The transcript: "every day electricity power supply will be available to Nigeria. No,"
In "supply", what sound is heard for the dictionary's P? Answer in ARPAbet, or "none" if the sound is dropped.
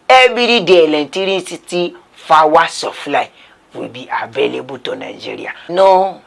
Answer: F